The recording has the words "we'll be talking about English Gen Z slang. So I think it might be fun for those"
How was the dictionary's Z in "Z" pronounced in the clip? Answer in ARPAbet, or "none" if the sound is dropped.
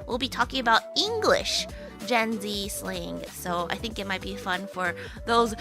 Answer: Z